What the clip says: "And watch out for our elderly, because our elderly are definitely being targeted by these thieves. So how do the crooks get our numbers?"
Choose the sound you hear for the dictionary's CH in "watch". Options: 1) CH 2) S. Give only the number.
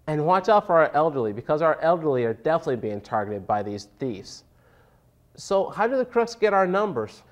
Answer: 1